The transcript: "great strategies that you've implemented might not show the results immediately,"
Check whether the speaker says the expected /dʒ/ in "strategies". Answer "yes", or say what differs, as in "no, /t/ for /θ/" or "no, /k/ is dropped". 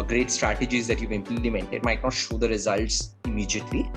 yes